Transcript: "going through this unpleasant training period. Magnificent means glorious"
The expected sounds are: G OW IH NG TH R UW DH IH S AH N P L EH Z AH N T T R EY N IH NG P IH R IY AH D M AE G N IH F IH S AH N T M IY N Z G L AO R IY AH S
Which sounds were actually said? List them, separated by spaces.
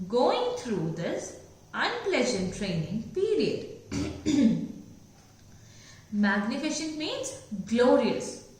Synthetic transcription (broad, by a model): G OW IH NG T R UW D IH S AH N P L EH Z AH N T T R EY N IH NG P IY R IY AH D M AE G N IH F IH SH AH N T M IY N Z G L AO R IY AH S